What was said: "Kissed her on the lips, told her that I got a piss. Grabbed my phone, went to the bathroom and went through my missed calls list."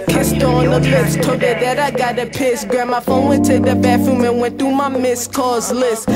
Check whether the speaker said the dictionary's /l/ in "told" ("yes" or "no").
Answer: no